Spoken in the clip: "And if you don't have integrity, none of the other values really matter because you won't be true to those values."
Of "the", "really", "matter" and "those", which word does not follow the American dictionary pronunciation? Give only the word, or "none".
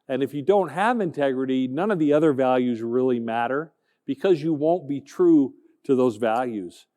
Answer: none